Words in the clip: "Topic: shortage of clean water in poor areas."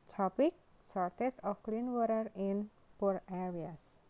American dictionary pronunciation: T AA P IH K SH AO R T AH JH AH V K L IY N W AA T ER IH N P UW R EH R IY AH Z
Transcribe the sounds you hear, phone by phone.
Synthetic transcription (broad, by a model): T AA P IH K S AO R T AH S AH F K L IY N W AA T ER IH N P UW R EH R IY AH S